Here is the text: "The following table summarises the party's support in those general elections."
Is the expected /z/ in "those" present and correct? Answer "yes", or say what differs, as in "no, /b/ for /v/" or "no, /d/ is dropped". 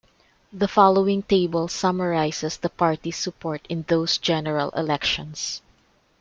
no, /s/ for /z/